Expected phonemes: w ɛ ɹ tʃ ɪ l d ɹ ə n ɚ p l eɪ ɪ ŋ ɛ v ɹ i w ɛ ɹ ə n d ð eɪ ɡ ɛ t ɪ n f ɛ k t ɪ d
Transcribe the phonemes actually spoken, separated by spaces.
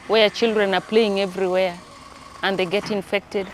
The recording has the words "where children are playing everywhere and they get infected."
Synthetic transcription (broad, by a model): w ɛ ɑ tʃ ɪ l d ɹ ə n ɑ p l eɪ ɪ ŋ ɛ v ɹ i w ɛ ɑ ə n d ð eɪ ɡ ɛ t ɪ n f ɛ k t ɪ d